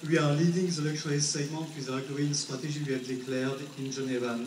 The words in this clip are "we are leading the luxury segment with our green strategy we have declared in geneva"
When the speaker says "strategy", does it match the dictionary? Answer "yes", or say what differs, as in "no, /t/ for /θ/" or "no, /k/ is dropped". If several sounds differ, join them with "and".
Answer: no, /ʒ/ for /dʒ/